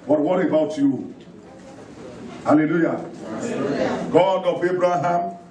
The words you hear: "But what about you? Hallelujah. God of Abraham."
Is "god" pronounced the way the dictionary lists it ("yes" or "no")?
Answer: yes